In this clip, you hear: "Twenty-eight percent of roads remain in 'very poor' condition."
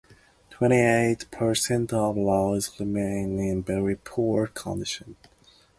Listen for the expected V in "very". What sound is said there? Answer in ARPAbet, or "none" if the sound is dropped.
B